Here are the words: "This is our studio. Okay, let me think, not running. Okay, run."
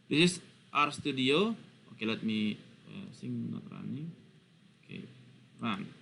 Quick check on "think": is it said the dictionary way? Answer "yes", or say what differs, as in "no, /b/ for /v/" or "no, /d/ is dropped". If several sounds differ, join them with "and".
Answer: no, /s/ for /θ/